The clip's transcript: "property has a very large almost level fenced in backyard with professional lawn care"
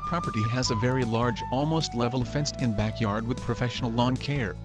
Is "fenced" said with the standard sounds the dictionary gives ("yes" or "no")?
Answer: yes